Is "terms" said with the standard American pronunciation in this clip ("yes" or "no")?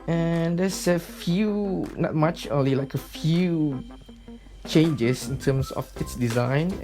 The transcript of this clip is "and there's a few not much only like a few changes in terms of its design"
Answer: no